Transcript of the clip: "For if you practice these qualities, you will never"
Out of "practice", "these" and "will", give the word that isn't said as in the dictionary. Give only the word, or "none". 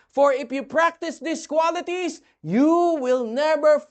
these